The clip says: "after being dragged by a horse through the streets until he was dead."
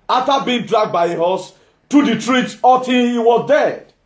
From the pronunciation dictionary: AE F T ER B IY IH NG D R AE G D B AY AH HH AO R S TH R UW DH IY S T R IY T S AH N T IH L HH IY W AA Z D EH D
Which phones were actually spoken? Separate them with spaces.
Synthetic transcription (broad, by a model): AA F T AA B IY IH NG D R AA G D B AY AH HH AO S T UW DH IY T R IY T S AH T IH N HH IY W AA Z D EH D